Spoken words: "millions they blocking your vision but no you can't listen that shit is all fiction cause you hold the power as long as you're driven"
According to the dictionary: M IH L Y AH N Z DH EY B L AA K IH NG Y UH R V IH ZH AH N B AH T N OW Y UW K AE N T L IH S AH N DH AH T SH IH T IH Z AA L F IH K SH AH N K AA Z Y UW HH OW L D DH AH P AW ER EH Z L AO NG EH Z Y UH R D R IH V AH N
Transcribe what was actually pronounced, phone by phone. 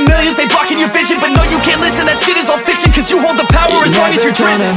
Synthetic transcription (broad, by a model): M IH L Y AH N Z DH EY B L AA K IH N Y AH R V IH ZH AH N B AH T N OW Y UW K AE N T L IH S AH N DH AH T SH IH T IH Z AA L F IH K S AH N K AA Z Y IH HH OW L D DH AH P AW ER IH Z W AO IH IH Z Y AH R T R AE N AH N